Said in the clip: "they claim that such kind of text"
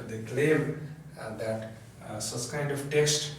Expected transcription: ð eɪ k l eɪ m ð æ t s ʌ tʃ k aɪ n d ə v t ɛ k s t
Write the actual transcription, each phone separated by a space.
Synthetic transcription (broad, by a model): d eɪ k l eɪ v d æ t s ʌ s k aɪ n d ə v t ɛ k s t